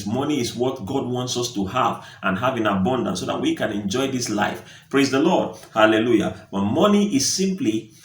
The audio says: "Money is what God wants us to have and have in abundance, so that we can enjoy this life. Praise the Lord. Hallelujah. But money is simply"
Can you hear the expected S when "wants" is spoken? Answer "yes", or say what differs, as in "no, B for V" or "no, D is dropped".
yes